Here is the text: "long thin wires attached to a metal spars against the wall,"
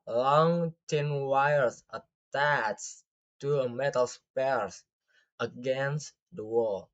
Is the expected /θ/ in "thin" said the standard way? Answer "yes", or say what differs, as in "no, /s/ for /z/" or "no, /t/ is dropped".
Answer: no, /t/ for /θ/